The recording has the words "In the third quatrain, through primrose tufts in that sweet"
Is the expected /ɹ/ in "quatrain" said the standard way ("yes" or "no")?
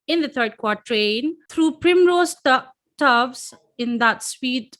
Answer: yes